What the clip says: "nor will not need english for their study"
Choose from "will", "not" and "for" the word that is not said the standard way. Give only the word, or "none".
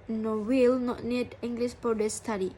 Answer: for